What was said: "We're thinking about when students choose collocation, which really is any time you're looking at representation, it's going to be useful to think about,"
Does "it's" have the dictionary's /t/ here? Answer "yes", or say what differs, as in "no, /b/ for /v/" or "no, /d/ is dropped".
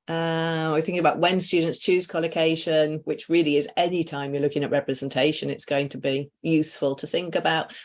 yes